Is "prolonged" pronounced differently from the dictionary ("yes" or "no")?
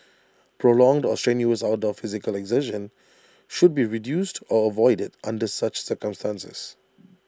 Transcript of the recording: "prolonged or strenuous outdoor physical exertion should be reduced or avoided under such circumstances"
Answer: no